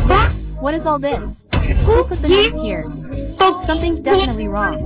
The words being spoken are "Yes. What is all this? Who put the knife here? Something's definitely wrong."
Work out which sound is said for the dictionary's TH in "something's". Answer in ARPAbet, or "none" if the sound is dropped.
TH